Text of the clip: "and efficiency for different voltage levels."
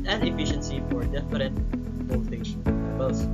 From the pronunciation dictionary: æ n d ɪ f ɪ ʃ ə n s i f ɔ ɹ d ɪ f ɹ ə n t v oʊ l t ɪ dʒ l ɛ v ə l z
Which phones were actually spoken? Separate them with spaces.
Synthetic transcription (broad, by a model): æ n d ɪ f ɪ ʃ ə n s i f ɔ ɹ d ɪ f ɹ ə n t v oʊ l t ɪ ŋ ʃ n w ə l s